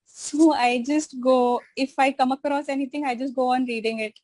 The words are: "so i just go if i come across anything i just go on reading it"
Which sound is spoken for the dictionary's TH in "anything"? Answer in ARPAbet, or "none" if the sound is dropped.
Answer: T